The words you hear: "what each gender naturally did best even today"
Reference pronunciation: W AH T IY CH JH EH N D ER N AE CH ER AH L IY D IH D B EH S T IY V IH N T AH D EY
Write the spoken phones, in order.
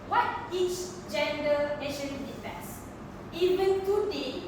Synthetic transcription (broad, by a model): W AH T IY CH JH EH N D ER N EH SH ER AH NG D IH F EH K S IY V IH N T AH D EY